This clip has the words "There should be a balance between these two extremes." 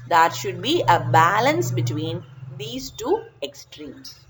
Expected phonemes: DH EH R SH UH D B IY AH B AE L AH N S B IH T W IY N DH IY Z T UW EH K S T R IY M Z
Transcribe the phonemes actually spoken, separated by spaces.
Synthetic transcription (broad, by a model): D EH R SH UH D B IY AH B AE L AH N S B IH T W IY N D IY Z T UW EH K S T R IY M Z